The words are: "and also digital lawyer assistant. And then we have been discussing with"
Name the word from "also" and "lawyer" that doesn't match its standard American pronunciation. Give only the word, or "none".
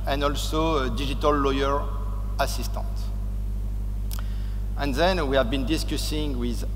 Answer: none